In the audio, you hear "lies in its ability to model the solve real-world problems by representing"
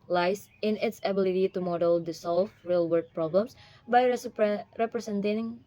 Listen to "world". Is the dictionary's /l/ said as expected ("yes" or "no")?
no